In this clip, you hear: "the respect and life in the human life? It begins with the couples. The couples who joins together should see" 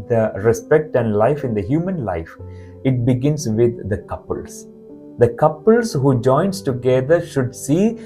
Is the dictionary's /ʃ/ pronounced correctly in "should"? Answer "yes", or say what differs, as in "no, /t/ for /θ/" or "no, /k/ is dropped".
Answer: yes